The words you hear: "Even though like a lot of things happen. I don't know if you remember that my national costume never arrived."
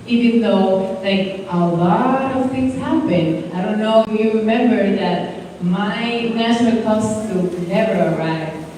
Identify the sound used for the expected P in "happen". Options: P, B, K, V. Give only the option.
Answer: B